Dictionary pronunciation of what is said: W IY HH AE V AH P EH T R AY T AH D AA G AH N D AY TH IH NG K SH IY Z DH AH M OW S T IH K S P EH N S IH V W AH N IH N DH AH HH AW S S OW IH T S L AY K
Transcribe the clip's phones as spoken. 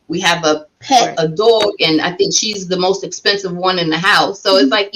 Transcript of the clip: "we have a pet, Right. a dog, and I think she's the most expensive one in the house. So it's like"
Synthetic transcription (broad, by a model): W IY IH V AH P EH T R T AH D AA G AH N AY TH IH NG K SH IY Z DH AH M OW S T IH K S P EH N S IH V W AH N IH N DH AH HH AW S S OW IH T S L AY K